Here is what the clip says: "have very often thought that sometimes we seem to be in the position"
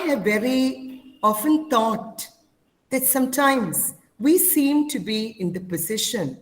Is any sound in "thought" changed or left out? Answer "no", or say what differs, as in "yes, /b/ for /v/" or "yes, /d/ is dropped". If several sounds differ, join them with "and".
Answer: yes, /t/ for /θ/